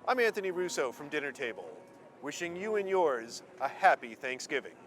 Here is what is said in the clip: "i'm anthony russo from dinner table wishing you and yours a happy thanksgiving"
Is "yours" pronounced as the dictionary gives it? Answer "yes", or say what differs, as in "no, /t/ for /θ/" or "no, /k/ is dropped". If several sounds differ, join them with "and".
yes